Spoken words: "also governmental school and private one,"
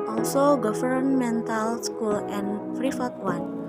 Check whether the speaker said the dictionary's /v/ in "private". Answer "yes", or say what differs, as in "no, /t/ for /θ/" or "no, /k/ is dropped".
no, /f/ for /v/